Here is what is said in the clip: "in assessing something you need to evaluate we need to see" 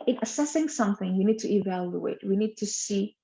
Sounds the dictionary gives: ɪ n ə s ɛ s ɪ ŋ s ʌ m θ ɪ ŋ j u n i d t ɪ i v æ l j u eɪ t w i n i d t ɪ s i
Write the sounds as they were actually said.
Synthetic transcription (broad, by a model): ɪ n ə s ɛ s ɪ ŋ s ʌ m θ ɪ ŋ j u n i d t ɪ i v æ l j u eɪ t w i n i d t ɪ s i